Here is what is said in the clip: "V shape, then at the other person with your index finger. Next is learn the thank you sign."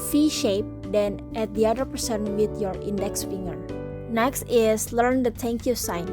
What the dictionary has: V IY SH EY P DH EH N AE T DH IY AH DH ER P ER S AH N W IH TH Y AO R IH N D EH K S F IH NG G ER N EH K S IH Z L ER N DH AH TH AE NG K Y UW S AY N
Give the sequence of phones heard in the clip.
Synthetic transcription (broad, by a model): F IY SH EY P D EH N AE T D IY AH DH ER P ER S AH N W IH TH Y AO R IH N D EH K S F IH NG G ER N EH K S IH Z L ER N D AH T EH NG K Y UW S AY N